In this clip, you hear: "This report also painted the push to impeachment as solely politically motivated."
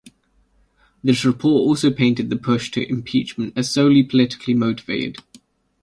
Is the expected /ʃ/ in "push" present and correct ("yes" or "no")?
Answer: yes